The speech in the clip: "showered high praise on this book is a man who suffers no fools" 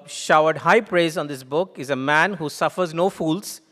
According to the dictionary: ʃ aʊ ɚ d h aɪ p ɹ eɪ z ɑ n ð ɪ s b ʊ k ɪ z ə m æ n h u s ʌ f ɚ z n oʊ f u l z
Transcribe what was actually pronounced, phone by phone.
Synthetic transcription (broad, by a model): ʃ aʊ ɚ d h aɪ p ɹ eɪ z ɑ n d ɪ s b ʊ k ɪ z ə m æ n h u s ʌ f ɚ z n oʊ f u l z